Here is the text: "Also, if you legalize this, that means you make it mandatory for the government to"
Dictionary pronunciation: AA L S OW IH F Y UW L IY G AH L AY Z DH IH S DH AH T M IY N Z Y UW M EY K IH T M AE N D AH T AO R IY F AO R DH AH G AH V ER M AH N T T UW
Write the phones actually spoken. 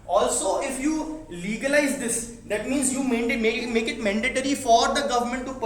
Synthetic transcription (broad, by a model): AA L S OW IH F Y UW L IY G AH L AY Z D IH S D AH T M IY N Z Y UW M EY K IH T M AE N D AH T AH R IY F AO R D AH G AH V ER M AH N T T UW